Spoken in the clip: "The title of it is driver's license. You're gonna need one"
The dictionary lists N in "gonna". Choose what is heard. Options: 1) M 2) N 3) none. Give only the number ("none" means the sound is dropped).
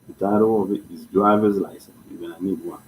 3